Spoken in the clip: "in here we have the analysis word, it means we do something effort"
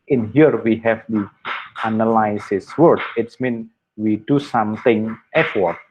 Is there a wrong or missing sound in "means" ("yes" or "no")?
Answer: yes